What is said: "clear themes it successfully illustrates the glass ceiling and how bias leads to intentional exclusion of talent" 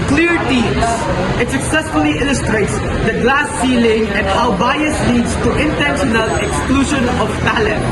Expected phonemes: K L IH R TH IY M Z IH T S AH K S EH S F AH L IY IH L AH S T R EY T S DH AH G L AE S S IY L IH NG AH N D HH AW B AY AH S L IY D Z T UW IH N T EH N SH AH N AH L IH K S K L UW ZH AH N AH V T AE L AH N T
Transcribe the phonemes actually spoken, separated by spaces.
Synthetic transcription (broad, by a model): K L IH R T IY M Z IH T S AH K S EH S F AH L IY IH L AH S T R EY T S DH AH G L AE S S IY L IH NG AH N D HH AW B AY AH S L IY D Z T UW IH N T EH N SH AH N AH L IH K S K L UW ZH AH N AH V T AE L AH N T